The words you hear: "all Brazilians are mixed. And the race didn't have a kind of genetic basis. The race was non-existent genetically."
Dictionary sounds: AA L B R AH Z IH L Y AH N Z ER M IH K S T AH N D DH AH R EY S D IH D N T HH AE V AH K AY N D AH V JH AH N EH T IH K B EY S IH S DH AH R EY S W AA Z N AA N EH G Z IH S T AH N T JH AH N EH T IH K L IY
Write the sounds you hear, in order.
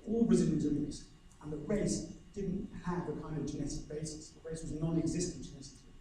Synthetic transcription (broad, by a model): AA L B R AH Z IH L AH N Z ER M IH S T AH N DH AH R EY S D IH D N T HH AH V AH K AY N D AH V JH AH N EH T IH K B EY S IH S DH AH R EY S W AA Z N AA N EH G Z IH S T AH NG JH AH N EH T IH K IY